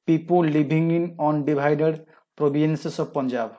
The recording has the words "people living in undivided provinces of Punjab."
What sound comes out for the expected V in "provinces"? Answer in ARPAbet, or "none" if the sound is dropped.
B